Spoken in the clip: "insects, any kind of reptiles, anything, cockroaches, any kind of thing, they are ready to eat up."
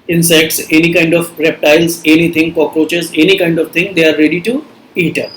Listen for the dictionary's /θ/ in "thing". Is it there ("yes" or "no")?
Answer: no